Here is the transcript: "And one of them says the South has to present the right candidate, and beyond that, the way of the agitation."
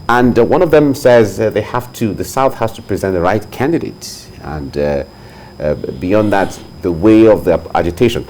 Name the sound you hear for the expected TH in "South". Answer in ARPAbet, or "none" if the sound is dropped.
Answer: TH